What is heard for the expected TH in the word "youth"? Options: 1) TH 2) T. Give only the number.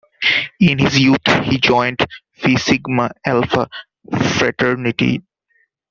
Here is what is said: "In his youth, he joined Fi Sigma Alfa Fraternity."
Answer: 2